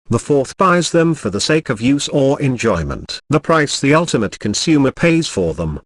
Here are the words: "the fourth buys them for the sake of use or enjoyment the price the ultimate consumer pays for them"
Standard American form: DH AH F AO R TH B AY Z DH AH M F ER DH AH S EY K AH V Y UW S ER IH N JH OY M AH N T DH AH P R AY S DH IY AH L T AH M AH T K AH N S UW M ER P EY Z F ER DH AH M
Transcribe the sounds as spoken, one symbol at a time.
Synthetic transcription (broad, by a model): DH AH F AO R TH B AY Z DH AH M F ER DH AH S EY K AH V Y UW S ER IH N JH OY M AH N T DH AH P R AY S DH IY AH L T AH M AH T K AH N S UW M ER P EY Z F ER DH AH M